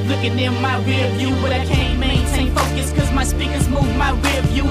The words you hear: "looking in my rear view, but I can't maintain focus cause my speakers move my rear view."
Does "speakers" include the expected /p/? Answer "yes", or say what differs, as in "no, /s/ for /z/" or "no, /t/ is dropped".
yes